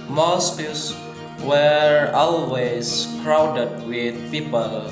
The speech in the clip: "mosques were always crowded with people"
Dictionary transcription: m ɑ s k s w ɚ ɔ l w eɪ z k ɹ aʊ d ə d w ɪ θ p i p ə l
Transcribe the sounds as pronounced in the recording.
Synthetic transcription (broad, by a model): m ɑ s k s w ɚ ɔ l w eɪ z k ɹ aʊ d ə d w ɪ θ p i p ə l